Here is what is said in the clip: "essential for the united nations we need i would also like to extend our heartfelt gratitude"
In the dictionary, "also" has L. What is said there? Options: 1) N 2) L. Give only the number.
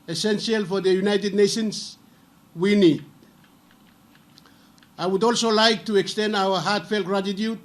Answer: 2